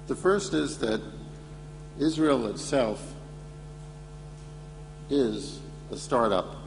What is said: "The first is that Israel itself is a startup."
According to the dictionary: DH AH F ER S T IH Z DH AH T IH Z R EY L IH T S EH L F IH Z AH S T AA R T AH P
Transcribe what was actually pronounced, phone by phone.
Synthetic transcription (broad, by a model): DH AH F ER S T IH Z DH AH T IH Z R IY L IH T S EH L F IH Z AH S T AA R T AH P